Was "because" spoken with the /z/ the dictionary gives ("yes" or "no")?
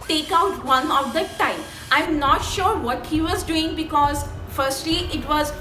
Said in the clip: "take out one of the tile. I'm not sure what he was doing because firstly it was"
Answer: yes